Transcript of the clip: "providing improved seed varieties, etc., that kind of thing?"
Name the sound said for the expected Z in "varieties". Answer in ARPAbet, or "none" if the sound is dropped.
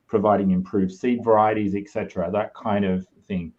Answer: Z